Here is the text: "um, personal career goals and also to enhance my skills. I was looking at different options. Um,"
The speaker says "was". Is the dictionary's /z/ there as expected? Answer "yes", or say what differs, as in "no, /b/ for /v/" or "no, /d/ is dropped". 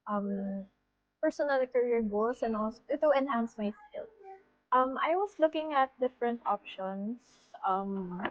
no, /s/ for /z/